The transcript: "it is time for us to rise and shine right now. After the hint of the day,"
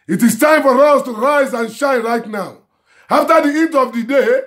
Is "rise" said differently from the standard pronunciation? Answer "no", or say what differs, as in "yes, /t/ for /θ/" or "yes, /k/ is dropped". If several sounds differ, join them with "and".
no